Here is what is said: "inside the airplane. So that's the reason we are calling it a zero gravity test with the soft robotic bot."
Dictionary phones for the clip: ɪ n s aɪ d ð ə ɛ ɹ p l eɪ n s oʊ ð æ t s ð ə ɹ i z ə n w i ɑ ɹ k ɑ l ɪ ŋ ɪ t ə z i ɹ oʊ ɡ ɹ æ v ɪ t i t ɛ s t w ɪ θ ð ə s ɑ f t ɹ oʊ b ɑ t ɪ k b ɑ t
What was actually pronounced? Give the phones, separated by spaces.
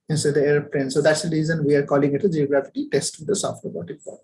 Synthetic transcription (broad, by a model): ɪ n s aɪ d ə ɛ ɹ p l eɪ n s oʊ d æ t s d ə ɹ i z ə n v i ɑ ɹ k ɑ l ɪ ŋ ɪ t ə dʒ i oʊ ɡ ɹ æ f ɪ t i t ɛ s t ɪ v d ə s ɑ f t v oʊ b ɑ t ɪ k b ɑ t